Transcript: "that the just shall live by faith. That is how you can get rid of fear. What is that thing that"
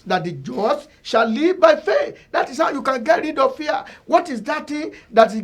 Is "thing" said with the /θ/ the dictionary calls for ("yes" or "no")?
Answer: no